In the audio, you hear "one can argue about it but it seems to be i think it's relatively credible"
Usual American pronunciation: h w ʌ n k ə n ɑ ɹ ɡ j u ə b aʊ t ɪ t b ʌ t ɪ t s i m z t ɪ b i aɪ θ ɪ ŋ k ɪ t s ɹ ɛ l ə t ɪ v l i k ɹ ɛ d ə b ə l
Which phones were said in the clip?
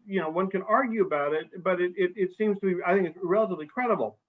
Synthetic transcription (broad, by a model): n w ʌ n k ə n ɑ ɹ ɡ j u ə b aʊ t ɪ t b ʌ t ɪ t s i m z t ɪ b i aɪ θ ɪ ŋ k ɪ t s ɹ ɛ l ə t ɪ v l i k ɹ ɛ d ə b l